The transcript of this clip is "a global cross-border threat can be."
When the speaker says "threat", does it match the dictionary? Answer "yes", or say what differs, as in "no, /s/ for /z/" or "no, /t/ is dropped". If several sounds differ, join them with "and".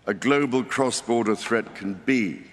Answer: yes